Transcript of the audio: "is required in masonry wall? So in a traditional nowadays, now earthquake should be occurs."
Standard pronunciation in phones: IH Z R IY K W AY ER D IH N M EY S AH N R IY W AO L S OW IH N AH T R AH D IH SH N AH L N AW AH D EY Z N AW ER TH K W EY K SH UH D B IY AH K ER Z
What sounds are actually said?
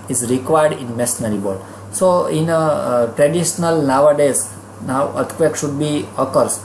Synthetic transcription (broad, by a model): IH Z R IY K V AY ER D IH N M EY S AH R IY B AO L S OW IH N AH T R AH D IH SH N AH L N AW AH D EY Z N AW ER T K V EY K SH UH D B IY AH K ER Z